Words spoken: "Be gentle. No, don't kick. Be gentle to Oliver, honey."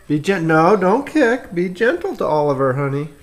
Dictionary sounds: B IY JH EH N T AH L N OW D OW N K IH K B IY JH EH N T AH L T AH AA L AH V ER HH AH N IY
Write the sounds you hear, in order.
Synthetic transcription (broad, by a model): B IY JH EH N N OW D OW N K IH K B IY JH EH N T L T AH AA L AH V ER HH AH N IY